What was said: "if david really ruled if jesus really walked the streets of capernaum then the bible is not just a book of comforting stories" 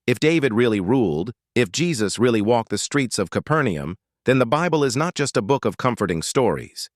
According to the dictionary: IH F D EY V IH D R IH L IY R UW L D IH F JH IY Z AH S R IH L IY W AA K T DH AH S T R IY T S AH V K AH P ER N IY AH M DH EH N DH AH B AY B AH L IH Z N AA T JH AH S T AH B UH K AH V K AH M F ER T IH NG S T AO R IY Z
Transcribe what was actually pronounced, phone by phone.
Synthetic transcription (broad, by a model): IH F D EY V IH D R IH L IY R UW L D IH F JH IY Z AH S R IH L IY W AA K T DH AH S T R IY T S AH V K AH P ER N IY AH M DH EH N DH AH B AY B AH L IH Z N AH T JH AH S T AH B UH K AH V K AH M F ER T IH NG S T AO R IY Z